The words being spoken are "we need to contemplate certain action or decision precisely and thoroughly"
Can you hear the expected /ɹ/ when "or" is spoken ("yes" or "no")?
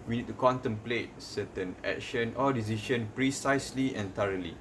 no